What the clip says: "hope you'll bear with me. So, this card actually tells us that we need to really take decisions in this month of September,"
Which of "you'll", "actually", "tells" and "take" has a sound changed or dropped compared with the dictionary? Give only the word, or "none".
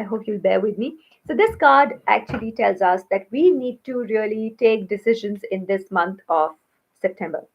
none